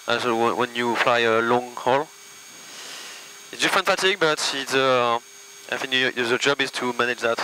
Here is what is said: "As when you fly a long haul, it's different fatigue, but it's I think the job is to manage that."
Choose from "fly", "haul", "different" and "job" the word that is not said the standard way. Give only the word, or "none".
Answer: different